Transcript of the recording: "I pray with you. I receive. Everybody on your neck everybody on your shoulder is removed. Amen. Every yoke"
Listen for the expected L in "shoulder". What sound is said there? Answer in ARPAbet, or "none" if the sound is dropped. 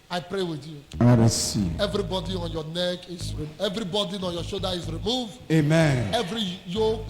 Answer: none